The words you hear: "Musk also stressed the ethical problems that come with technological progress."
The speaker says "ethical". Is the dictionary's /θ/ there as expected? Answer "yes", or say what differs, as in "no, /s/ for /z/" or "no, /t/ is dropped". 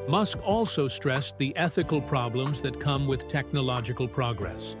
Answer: yes